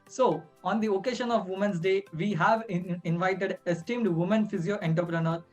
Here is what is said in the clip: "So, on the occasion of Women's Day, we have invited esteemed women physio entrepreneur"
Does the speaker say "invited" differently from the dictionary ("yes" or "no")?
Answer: no